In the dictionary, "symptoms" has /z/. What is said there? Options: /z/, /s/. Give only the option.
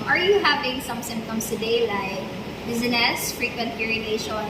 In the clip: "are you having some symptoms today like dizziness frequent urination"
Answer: /s/